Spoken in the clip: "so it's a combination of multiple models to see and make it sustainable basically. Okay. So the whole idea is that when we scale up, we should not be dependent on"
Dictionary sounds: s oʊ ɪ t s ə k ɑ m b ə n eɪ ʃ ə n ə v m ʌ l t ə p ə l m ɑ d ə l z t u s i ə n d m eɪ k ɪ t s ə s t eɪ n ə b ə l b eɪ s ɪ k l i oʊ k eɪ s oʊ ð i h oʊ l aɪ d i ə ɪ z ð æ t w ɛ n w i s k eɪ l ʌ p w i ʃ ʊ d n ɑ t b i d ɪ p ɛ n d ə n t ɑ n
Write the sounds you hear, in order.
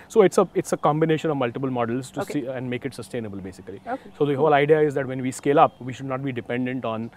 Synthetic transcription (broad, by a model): s oʊ ɪ t s ə k ɑ m b ə n eɪ ʃ ə n ə v m ʌ l t ə p ə l m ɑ d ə l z t u s i ə n d m eɪ k ɪ t s ə s t eɪ n ə b ə l b eɪ s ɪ k l i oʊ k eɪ s oʊ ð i h oʊ l aɪ d i ə ɪ z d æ t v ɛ n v i s k eɪ l ʌ p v i ʃ ʊ d n ɑ t b i d ɪ p ɛ n d ə n t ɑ n